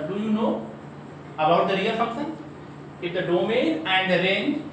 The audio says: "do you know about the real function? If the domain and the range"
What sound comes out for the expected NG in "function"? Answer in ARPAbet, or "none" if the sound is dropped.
none